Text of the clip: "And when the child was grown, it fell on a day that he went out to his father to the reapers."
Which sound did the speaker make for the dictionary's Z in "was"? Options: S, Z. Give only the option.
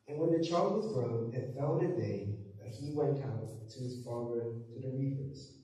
Z